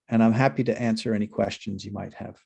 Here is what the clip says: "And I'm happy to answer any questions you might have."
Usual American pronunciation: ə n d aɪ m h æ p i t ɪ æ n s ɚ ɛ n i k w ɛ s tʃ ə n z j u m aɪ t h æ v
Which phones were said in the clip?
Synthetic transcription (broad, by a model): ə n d aɪ m h æ p i t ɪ æ n s ɚ ɛ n i k w ɛ s tʃ ə n z j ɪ m aɪ t h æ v